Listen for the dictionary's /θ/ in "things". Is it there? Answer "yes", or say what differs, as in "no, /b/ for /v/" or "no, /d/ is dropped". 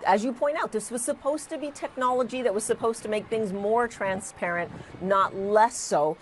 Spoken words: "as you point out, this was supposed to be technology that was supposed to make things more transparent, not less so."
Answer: yes